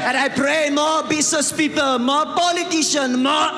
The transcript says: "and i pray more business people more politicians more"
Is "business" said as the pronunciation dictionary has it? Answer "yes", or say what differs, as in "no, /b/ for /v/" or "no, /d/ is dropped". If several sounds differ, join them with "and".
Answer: no, /s/ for /z/